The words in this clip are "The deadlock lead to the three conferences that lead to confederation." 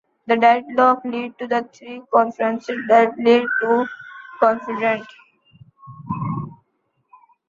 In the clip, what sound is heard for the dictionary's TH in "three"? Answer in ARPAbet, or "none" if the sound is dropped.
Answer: T